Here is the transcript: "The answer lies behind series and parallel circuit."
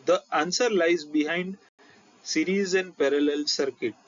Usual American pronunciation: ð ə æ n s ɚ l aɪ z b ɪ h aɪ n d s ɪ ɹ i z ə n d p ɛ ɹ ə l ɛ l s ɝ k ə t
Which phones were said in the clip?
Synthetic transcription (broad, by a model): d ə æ n s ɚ l aɪ z b ɪ h aɪ n d s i ɹ i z ə n d p ɛ ɹ ə l ɛ l s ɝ k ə t